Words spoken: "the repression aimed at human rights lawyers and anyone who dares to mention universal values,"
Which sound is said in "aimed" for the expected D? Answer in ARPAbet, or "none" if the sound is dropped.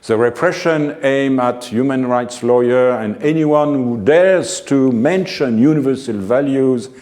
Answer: none